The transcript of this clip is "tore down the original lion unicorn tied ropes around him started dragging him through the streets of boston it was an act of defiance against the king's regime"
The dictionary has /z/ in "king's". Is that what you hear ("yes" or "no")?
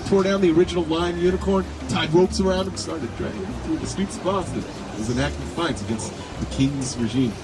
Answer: yes